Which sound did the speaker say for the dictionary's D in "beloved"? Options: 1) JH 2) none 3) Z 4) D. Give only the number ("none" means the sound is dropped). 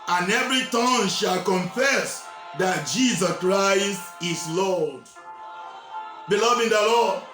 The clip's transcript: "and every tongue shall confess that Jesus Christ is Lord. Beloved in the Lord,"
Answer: 2